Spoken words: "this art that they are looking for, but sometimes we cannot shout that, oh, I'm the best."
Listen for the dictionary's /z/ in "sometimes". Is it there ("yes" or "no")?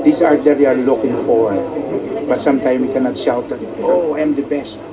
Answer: no